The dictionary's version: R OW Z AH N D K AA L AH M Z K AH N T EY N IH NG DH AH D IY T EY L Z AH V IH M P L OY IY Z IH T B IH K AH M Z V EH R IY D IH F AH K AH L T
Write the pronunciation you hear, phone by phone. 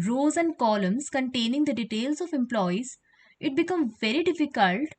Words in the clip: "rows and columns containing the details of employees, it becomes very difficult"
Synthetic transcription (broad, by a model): R OW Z AH N D K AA L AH M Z K AH N T EY N IH NG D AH D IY T EY L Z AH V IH M P L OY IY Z IH T B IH K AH M V EH R IY D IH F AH K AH L T